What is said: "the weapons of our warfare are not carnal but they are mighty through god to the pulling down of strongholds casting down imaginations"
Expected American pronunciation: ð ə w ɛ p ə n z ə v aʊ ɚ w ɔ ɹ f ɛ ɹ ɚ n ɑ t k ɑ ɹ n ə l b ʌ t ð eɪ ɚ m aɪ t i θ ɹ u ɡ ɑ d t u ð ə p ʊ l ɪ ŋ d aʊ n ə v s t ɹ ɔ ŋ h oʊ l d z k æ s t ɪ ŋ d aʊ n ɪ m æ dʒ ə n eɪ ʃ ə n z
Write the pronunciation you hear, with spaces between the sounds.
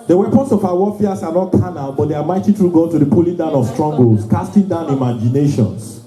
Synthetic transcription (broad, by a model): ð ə w ɛ p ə n s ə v aʊ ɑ w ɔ f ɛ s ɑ n ɑ t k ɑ n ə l b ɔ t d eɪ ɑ m aɪ t i t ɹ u ɡ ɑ t u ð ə p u l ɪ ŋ d aʊ n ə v s t ɹ ɔ ŋ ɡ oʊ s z k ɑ s t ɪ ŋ d aʊ n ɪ m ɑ dʒ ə n eɪ ʃ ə n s